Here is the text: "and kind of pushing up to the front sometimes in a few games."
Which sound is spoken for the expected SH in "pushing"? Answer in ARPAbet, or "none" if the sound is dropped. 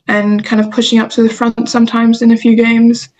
SH